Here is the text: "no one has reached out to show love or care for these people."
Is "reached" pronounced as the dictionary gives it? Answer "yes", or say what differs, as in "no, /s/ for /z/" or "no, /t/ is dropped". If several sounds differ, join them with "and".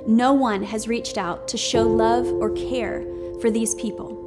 yes